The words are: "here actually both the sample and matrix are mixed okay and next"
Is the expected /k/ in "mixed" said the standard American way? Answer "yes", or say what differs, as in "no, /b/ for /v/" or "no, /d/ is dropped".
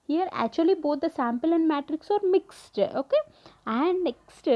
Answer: yes